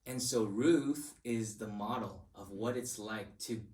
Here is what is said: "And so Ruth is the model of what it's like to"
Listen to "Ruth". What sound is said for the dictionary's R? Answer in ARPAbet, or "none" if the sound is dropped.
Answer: R